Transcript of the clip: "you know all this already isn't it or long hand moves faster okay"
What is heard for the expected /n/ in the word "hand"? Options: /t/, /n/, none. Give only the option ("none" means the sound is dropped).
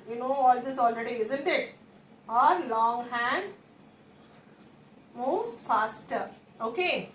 /n/